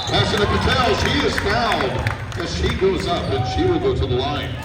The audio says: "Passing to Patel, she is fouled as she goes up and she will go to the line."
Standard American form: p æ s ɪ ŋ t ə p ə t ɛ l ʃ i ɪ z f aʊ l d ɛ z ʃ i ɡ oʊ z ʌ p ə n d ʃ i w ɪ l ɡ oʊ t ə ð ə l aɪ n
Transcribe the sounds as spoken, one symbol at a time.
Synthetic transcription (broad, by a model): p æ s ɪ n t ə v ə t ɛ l ʃ i ɪ z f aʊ n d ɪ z ʃ i ɡ oʊ z ʌ p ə n ʃ i w ɪ l ɡ oʊ t ə ð ə l aɪ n